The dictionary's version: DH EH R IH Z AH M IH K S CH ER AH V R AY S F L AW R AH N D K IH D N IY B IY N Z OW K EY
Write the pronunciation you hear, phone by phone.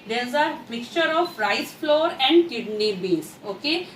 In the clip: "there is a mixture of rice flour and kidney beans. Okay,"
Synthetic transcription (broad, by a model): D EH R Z AH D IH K CH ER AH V R AY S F L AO R AH N D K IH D N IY B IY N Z OW K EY